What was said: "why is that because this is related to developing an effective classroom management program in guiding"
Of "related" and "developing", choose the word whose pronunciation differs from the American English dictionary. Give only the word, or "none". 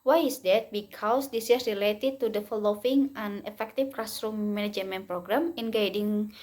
developing